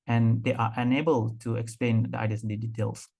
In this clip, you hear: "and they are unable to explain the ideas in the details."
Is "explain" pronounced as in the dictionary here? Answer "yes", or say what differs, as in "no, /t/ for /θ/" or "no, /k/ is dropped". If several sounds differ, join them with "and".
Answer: yes